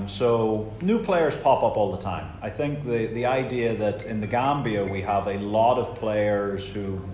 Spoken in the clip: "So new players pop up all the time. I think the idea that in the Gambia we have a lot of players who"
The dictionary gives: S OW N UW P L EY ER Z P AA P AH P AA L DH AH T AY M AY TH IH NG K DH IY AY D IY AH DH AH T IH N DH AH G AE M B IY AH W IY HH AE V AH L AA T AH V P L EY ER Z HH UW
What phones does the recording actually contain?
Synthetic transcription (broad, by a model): S OW N UW P L EY ER Z P AA P AH P AA L DH AH T AY M AY TH IH NG K DH IY AY D IY AH DH AH T IH N DH AH G AE M B IY AH W IY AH V AH L AA T AH V P L EY ER Z HH UW